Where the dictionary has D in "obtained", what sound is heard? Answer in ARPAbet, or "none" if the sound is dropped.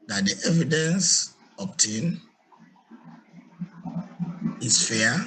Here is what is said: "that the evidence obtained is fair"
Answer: none